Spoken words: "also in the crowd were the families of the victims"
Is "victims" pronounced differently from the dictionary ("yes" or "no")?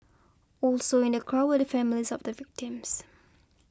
no